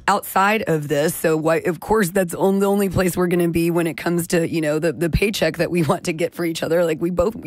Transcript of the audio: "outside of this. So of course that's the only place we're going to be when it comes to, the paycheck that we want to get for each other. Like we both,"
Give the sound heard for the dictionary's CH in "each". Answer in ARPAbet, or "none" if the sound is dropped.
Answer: CH